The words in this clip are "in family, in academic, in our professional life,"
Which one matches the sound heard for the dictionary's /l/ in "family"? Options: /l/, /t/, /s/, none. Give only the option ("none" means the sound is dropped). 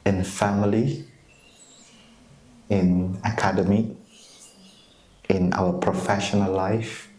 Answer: /l/